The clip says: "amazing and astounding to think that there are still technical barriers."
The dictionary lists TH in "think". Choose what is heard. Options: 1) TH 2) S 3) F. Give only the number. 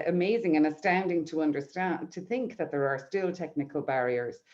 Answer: 1